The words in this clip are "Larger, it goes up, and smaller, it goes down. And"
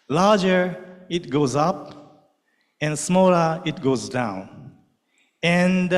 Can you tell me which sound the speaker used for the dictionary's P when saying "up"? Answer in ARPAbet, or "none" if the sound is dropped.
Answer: P